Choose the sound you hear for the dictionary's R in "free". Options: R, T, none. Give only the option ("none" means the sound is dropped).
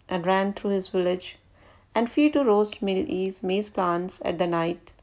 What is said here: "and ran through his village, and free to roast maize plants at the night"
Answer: none